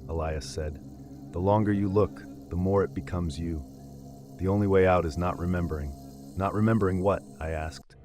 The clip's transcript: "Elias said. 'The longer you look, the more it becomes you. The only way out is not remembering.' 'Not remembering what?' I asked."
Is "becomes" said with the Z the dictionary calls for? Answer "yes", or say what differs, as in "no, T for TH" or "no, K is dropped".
yes